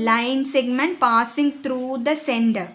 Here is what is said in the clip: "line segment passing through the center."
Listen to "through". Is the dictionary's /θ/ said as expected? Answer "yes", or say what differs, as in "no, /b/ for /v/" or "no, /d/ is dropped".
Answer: no, /t/ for /θ/